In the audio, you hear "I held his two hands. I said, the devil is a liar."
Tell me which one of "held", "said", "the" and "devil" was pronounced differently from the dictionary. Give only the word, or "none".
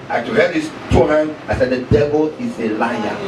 held